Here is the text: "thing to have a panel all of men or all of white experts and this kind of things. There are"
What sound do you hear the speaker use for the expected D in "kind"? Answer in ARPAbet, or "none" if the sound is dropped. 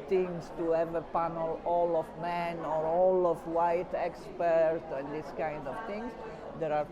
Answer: D